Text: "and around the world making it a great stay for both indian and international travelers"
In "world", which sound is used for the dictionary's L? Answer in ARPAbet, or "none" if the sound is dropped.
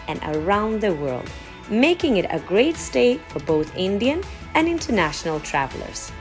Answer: L